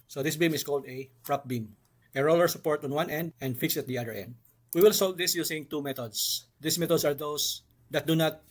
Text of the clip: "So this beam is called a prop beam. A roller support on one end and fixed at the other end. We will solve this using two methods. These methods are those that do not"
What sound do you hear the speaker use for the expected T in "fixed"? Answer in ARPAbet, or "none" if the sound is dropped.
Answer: none